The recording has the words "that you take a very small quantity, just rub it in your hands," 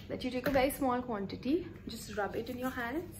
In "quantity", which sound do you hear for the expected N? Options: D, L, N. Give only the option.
N